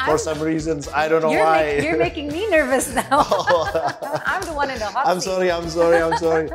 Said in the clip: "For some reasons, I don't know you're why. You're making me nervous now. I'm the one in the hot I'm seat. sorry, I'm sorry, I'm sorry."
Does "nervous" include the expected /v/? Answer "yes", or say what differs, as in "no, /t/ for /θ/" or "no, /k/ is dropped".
yes